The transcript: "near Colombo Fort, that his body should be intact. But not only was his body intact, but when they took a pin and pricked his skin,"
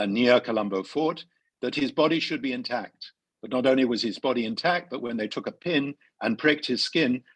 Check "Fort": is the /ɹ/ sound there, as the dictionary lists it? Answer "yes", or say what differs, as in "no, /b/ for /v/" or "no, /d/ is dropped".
yes